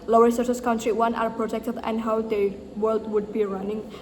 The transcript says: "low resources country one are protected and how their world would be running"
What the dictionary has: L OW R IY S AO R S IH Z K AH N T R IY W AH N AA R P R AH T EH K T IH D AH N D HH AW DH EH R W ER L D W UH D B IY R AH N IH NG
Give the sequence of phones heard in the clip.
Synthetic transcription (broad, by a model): L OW R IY S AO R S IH S K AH N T R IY W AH N AA R P R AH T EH K T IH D AH N D HH AW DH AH W ER L D W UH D B IY R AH N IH NG